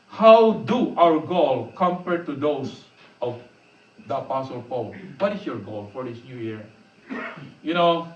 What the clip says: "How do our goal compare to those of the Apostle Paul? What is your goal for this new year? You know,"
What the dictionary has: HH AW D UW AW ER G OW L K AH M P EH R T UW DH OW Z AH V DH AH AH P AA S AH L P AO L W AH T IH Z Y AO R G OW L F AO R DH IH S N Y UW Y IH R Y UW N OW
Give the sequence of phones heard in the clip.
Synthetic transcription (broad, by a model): HH AW D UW AW ER G OW L K AH M P EH R T UW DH OW S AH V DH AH AH P AA S AH L P AO L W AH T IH S Y AO R G OW L F AO R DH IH S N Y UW Y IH R Y UW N OW